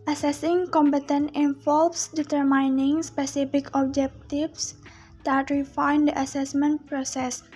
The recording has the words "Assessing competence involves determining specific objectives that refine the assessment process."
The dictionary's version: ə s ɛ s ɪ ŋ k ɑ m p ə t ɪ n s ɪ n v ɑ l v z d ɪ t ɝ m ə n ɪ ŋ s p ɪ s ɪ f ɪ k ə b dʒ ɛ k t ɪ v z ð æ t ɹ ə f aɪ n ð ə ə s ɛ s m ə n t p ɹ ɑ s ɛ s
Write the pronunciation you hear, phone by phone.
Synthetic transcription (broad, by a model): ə s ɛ s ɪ ŋ k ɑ m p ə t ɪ n ɪ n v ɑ l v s d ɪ t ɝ m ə n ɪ ŋ s p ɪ s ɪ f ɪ k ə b dʒ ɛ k t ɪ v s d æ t ɹ ə f aɪ n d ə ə s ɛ s m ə n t p ɹ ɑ s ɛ s